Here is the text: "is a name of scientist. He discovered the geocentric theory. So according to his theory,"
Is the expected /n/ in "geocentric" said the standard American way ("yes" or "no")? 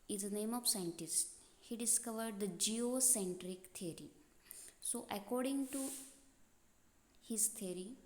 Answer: yes